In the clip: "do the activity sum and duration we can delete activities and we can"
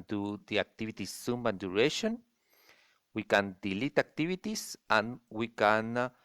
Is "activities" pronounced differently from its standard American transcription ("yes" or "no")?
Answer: yes